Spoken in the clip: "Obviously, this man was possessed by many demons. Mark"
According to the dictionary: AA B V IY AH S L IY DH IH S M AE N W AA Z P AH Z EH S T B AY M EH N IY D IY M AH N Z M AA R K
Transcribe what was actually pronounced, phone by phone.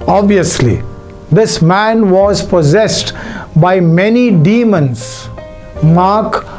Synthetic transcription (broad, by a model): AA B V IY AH S L IY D IH S M AE N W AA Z P AH Z EH S T B AY M EH N IY D IY M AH N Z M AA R K